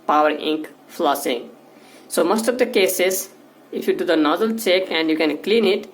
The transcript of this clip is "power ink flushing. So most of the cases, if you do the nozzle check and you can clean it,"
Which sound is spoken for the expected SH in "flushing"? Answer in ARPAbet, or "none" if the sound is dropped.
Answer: S